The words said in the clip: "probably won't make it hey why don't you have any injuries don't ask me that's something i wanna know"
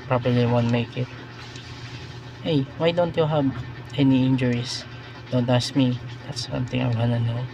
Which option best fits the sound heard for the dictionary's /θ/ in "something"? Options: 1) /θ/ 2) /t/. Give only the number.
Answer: 2